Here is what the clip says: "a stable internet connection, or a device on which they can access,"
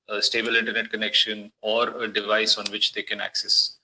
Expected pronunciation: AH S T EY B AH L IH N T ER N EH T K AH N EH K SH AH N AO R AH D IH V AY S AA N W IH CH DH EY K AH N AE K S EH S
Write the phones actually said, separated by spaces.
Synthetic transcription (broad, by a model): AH S T EY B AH L IH N T ER N EH T K AH N EH K SH AH N AO R AH D IH V AY S AA N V IH CH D EY K AH N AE K S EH S